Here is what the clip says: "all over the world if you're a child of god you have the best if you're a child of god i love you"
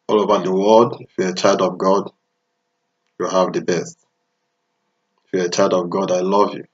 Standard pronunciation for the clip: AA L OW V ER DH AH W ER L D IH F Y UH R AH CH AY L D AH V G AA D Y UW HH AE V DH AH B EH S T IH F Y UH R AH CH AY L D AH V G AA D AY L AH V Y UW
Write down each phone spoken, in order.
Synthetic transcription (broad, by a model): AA L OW B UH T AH W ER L D IH F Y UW AH CH AY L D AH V G AA D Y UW HH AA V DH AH B EH S T IH F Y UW AH CH AY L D AH V G AA D AY L AH V Y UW